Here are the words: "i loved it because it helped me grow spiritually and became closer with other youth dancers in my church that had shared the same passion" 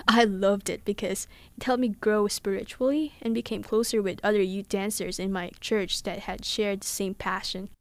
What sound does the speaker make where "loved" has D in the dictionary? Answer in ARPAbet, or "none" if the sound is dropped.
D